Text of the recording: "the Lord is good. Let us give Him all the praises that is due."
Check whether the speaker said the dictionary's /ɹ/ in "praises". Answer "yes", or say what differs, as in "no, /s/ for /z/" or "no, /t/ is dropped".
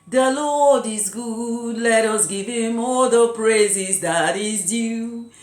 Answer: yes